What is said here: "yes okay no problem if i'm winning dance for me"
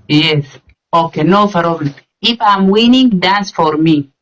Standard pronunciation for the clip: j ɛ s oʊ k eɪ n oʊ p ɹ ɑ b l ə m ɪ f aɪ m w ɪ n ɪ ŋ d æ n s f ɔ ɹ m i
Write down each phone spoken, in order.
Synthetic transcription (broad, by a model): j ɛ s oʊ k eɪ n oʊ f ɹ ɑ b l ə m ɪ f aɪ m w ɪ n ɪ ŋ d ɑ n s f ɔ ɹ m i